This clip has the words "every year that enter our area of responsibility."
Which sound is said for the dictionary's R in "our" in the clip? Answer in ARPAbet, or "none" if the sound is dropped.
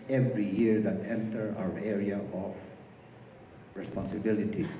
W